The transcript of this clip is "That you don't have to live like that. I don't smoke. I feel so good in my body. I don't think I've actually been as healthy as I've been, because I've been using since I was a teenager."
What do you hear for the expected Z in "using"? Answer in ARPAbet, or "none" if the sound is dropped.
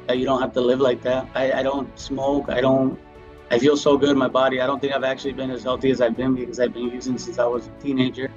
Z